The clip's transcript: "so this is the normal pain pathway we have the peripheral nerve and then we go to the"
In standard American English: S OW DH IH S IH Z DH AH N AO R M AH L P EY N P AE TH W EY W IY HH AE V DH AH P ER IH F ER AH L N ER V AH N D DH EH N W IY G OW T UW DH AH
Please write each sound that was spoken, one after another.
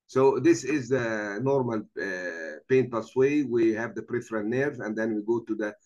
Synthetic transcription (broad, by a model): S OW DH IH S IH Z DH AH N AO R M AH L P EY N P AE S W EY W IY HH AE V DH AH P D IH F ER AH N N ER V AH N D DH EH N W IY G OW T UW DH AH